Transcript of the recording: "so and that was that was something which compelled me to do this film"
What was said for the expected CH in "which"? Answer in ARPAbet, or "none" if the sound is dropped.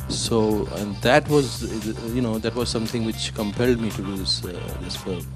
CH